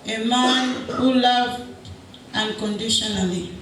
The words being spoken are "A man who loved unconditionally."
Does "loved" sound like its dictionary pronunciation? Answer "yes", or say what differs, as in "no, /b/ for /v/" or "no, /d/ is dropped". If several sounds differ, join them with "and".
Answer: no, /d/ is dropped